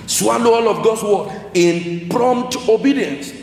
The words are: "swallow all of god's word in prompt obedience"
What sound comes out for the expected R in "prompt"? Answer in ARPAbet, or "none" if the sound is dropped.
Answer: R